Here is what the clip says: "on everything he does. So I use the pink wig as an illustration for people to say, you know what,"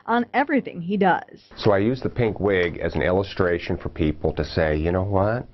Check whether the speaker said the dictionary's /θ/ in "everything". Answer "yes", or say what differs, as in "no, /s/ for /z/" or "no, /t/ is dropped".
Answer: yes